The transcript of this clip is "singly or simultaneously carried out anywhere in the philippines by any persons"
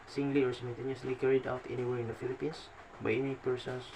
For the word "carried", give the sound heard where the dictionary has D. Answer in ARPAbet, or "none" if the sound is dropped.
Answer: D